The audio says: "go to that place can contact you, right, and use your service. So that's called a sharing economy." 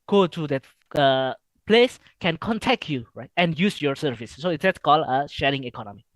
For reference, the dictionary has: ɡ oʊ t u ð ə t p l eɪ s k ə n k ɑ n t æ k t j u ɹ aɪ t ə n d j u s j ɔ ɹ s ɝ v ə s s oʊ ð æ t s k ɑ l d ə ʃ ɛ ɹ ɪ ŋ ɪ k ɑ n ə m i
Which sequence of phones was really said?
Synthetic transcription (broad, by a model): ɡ oʊ t u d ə t p l eɪ s k ə n k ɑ n t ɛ k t j u ɹ aɪ t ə n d j u s j ɔ ɹ s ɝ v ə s s oʊ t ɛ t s k ɑ l ə ʃ ɛ ɹ ɪ ŋ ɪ k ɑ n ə m i